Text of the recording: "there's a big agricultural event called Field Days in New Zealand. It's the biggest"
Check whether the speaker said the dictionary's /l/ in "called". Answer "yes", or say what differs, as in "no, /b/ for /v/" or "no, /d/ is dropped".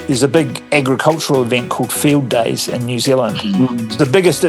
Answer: yes